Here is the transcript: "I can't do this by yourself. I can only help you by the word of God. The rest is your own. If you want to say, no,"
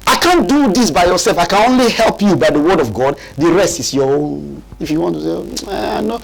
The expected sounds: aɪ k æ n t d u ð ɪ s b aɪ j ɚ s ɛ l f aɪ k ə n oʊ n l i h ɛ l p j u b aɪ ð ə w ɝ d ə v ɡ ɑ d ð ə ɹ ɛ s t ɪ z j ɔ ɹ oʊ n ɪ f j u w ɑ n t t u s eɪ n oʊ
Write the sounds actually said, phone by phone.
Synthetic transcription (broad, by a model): aɪ k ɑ n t d u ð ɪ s b aɪ j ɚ s ɛ l f aɪ k ə n oʊ n l i h ɛ l p j u b aɪ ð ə w ɝ d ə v ɡ ɑ d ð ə ɹ ɛ s t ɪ s j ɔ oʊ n ɪ f j u w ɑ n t t u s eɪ n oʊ